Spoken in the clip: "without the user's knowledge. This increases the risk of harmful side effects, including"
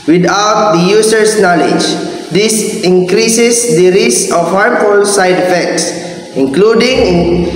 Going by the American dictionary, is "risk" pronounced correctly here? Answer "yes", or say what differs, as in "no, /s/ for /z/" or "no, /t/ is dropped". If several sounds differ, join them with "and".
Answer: no, /k/ is dropped